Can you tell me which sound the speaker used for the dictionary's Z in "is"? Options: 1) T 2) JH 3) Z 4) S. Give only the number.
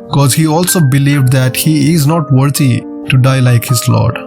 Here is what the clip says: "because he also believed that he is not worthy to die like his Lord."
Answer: 3